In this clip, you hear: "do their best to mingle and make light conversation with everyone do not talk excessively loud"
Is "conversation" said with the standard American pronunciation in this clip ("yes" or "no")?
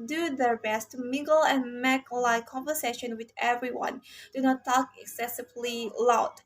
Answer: yes